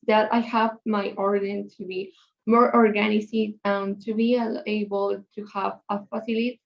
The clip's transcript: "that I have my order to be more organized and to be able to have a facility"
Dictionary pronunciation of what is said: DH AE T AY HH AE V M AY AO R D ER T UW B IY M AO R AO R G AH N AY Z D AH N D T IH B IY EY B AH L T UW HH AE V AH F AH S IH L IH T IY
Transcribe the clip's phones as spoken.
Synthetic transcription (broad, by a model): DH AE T AY HH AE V M AY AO R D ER T UW B IY M AO R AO R G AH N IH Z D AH N T IH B IY EY B AH L T UW HH AE V AH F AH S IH L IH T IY